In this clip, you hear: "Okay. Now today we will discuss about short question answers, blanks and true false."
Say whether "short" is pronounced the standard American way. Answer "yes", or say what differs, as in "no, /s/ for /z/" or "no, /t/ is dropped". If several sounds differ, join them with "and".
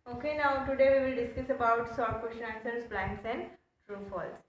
no, /s/ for /ʃ/